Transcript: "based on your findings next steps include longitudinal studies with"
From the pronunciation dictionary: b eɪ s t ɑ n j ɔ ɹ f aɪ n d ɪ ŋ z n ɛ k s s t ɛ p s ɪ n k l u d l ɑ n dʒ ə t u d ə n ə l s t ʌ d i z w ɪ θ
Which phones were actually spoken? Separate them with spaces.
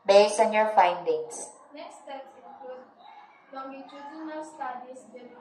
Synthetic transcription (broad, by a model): b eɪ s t ɑ n j ɔ ɹ f aɪ n d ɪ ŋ s n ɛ k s s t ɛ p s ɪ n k u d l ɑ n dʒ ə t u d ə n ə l s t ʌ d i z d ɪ